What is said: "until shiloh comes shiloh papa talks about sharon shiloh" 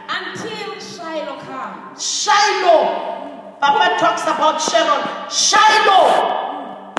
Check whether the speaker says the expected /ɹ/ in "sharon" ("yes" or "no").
no